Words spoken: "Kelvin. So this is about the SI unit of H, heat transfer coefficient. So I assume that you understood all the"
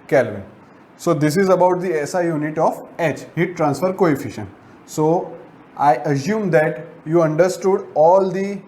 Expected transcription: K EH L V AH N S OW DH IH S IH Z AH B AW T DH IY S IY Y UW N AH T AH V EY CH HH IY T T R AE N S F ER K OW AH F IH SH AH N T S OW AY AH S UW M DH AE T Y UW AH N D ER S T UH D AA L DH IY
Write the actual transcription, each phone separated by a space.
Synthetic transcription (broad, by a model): K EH L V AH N S OW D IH S IH Z AH B AW T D IY S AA Y UW N AH T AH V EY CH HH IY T T R AE N S F ER K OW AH F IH SH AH N S OW AY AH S UW M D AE T Y UW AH N D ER S T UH D AA L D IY